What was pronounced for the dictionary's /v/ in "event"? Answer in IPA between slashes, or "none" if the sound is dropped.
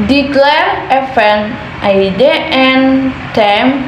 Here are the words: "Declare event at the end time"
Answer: /f/